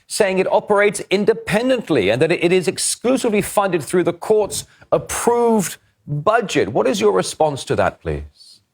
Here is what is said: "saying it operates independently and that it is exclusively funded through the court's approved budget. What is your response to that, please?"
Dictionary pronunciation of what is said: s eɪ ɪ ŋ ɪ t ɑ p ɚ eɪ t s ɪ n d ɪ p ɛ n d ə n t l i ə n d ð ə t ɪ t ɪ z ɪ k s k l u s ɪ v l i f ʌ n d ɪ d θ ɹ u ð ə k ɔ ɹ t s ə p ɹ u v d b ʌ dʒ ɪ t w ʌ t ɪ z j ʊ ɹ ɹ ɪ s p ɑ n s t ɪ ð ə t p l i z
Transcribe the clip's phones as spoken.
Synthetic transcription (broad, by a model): s eɪ ɪ ŋ ɪ t ɑ p ɚ eɪ t s ɪ n d ɪ p ɛ n d ə n t l i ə n ð ə t ɪ t ɪ z ɪ k s k l u s ɪ v l i f ʌ n d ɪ d θ ɹ u ð ə k ɔ ɹ t s ə p ɹ u v d b ʌ dʒ ɪ t w ʌ t ɪ z j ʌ ɹ ɹ ɪ s p ɑ n s t ɪ ð ə t p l i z